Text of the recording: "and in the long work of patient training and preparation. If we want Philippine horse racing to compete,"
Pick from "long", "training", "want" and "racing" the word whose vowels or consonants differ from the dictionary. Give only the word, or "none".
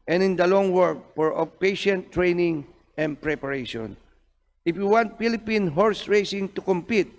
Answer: none